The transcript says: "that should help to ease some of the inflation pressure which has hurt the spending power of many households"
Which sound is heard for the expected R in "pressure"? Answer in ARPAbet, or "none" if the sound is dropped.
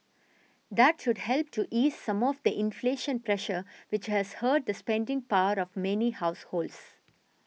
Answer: R